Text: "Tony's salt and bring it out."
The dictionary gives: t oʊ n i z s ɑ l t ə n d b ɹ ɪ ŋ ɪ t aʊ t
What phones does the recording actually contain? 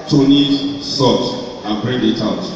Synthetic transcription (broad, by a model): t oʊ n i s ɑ t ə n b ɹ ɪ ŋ ɪ t aʊ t